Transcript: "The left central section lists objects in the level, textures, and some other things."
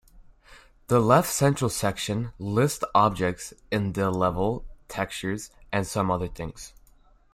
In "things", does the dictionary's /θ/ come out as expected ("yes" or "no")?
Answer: yes